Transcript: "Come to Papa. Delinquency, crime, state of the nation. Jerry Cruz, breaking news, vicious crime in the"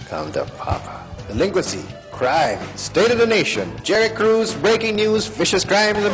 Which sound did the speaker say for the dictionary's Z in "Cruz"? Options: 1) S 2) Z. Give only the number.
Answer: 2